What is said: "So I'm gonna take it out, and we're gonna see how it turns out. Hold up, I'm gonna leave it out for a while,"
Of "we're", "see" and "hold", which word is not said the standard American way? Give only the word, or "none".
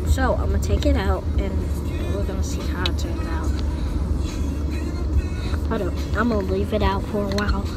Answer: hold